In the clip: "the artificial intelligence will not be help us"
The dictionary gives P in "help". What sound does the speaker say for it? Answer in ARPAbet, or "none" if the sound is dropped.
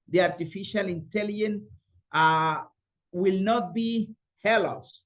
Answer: none